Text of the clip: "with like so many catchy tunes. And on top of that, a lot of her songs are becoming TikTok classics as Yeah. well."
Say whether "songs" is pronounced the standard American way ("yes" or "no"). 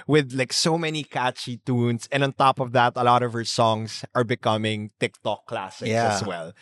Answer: no